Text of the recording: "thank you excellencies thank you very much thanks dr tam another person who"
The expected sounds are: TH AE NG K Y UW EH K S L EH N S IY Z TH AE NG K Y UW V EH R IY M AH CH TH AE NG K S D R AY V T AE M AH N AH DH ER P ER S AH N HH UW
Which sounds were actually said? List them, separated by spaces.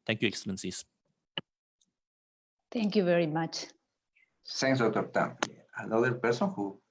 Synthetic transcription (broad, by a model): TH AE NG K Y UW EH K S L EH N S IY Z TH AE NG K Y UW V EH R IY M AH CH S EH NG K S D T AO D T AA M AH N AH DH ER P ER S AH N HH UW